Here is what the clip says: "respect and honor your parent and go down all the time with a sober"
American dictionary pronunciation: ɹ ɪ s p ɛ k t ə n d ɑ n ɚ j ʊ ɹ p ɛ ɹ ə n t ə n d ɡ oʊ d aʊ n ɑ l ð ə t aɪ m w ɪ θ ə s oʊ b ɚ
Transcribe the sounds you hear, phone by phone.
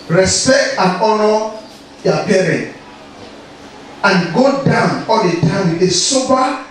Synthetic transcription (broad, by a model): ɹ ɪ s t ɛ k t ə n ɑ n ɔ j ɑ p ɛ ɹ ə n t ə n ɡ oʊ d aʊ n ɑ l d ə t aɪ m w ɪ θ ə s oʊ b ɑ